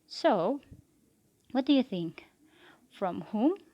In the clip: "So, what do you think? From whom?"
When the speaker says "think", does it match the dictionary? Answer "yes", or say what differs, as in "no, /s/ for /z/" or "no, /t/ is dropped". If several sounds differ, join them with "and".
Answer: yes